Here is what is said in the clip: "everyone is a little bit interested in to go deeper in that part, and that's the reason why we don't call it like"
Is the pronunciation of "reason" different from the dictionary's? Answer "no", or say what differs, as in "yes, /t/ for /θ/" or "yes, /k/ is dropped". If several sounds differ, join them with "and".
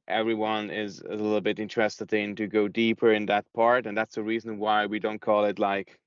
no